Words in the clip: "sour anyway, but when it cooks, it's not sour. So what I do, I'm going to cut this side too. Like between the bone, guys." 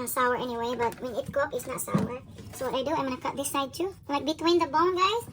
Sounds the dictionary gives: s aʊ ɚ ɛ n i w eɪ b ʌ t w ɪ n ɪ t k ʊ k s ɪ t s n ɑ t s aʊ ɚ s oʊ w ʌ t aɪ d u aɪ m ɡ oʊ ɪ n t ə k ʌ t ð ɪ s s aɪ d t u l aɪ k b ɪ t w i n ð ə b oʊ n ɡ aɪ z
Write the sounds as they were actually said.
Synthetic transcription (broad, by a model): s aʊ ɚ ɛ n i w eɪ b ʌ t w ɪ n ɪ t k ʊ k ɪ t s n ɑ t s aʊ ɚ s oʊ w ʌ t aɪ d u aɪ m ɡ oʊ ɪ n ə k ʌ t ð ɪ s s aɪ d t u l aɪ k b ɪ t w i n ð ə b oʊ n ɡ aɪ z